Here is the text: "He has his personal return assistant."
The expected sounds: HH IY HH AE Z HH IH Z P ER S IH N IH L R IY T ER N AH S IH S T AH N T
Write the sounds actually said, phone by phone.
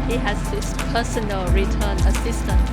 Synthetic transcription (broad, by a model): HH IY HH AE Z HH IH S P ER S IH N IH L R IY T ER N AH S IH S T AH N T